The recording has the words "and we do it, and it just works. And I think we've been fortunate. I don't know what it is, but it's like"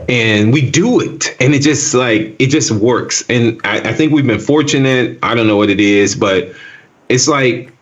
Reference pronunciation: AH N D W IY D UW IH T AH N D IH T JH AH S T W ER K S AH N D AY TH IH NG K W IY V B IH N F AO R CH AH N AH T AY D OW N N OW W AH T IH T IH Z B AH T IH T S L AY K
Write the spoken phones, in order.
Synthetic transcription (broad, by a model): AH N W IY D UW IH T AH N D IH T JH AH S T W ER K S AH N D AY TH IH NG K W IY V B IH N F AO R CH AH N AH T AY D OW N N OW W AH T IH T IH Z B AH T IH T S L AY K